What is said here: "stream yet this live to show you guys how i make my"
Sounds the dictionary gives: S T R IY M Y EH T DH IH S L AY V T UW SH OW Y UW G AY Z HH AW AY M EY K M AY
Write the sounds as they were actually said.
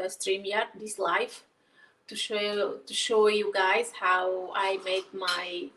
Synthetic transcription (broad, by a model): S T R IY M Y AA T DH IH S L AY F T UW SH OW Y UW G AY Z HH AW AY M EY K M AY